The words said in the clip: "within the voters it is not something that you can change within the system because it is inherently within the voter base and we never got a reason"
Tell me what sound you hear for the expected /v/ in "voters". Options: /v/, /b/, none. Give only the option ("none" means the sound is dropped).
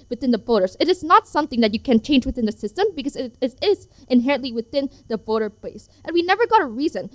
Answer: /b/